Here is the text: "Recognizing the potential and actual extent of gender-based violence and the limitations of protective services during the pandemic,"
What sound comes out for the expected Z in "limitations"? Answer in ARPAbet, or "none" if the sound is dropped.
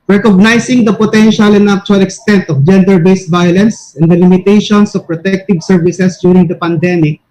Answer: S